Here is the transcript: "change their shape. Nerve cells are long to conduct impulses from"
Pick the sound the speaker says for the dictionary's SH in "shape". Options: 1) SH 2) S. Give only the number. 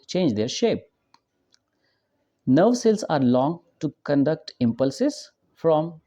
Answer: 1